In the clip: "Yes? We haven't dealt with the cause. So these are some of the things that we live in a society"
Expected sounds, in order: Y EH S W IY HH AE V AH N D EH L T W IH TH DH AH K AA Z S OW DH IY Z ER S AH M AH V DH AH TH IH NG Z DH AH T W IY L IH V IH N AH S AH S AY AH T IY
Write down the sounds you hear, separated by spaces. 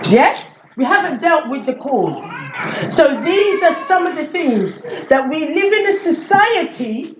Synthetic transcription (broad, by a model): Y EH S W IY HH AE V AH N D EH L T W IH DH AH K AA Z S OW DH IY Z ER S AH M AH V DH AH TH IH NG Z DH AH T W IY L IH V IH N AH S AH S AY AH T IY